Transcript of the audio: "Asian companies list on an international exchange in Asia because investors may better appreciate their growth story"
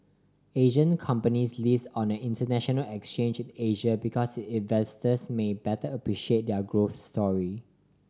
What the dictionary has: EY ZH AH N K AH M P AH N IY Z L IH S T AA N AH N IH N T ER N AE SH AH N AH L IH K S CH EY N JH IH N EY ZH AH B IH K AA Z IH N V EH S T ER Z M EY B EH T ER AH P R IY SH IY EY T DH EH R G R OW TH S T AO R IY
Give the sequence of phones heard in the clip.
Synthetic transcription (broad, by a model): EY ZH AH N K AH M P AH N IY S L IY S AA N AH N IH N T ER N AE SH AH N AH L IH K S CH EY N JH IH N EY ZH AH B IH K AA S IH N V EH S T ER S M EY B EH T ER AH P R IY SH IY EY T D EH G R OW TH S T AO R IY